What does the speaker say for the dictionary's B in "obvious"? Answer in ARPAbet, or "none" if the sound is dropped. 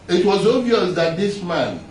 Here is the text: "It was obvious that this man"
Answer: none